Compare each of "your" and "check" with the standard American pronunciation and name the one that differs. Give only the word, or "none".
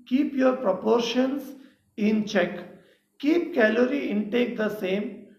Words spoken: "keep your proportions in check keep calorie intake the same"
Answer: none